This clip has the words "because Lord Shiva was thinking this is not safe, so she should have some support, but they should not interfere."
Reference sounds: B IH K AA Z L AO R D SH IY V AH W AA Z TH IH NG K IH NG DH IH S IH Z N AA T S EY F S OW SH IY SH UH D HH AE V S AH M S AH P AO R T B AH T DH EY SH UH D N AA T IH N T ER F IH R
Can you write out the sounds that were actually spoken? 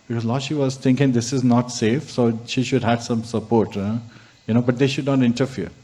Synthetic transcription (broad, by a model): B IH K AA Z L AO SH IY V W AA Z T IH NG K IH NG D IH S IH Z N AA T S EY F S OW SH IY SH UH D HH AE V S AH M S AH P AO R T B AH T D EY SH UH D N AA T IH N T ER F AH R